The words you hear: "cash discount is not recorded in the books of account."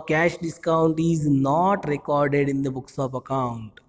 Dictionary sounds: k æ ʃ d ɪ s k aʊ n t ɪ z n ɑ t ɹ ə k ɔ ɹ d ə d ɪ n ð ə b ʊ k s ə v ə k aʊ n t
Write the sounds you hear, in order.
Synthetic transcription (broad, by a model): k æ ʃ d ɪ s k aʊ n t ɪ z n ɑ t ɹ ə k ɔ ɹ d ə d ɪ n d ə b ʊ k s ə p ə k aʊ n t